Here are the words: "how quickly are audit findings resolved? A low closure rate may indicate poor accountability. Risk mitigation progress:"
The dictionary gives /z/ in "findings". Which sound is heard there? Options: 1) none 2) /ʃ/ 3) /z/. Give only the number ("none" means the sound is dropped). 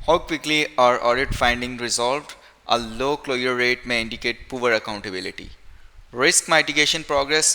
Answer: 1